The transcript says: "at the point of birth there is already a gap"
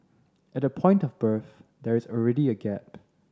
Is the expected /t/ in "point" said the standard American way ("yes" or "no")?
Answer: yes